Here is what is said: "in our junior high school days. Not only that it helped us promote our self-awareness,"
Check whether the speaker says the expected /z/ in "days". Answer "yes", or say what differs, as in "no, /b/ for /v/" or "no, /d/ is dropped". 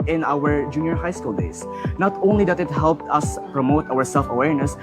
no, /s/ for /z/